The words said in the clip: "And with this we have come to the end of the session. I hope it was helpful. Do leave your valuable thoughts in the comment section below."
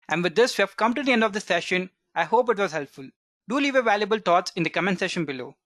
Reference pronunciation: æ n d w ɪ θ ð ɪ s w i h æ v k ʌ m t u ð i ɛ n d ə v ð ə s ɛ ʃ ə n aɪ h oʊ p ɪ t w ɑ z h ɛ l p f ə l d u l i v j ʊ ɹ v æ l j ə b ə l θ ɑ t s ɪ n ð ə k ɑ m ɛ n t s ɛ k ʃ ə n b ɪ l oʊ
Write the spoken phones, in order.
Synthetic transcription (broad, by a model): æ n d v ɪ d ɪ s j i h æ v k ʌ m t u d i ɛ n d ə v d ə s ɛ ʃ ə n aɪ h oʊ p ɪ t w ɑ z h ɛ l p f ə l d u l i v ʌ v æ l j ə b ə l t ɑ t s ɪ n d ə k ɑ m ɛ n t s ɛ ʃ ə n b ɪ l oʊ